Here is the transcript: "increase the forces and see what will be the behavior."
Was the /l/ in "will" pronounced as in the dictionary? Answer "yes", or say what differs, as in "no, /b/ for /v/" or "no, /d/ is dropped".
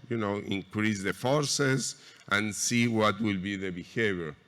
yes